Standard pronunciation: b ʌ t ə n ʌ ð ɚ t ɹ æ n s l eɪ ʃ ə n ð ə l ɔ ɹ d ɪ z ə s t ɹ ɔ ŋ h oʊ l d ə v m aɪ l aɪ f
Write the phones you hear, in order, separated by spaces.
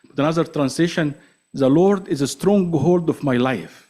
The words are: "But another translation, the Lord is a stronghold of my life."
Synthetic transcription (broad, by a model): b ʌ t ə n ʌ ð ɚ t ɹ æ n s l eɪ ʃ ə n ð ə l ɔ ɹ d ɪ z ə s t ɹ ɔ ŋ h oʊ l d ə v m aɪ l aɪ f